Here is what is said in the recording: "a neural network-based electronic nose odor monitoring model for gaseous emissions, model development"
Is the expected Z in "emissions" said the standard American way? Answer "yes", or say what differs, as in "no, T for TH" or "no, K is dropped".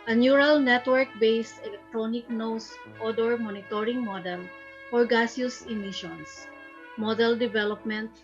no, S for Z